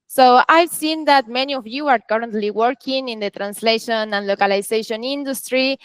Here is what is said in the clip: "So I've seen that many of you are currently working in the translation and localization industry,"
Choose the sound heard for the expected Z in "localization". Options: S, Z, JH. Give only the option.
S